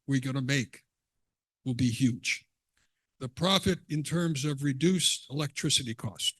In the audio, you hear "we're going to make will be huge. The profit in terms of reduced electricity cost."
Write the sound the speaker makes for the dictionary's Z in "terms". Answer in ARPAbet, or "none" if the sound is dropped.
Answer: Z